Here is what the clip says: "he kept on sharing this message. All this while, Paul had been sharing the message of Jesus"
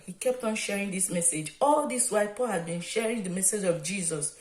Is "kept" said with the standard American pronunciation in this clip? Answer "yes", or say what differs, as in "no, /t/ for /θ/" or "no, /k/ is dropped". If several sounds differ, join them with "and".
yes